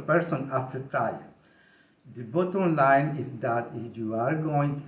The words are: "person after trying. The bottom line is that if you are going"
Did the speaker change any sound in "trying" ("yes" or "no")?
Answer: yes